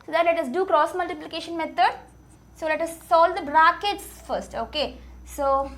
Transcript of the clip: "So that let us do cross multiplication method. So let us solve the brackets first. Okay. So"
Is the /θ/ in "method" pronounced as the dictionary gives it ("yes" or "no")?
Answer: no